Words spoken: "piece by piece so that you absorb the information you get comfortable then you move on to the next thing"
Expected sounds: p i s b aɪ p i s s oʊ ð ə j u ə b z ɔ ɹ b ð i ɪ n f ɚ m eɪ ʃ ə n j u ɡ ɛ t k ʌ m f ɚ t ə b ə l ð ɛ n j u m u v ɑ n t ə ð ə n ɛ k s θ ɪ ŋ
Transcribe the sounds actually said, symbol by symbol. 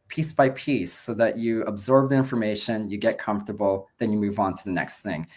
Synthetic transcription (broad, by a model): p i s b aɪ p i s s oʊ ð ə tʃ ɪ ə b z ɔ ɹ b ð i ɪ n f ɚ m eɪ ʃ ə n j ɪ ɡ ɛ t k ʌ m f t ə b l ð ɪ n j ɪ m u v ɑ n t ə ð ə n ɛ k s θ ɪ ŋ